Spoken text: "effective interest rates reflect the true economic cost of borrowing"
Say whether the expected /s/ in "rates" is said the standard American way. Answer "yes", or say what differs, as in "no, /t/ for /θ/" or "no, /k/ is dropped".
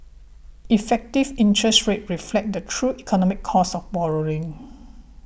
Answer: no, /s/ is dropped